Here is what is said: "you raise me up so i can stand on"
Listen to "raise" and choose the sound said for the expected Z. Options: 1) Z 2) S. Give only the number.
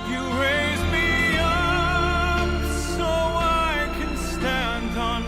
1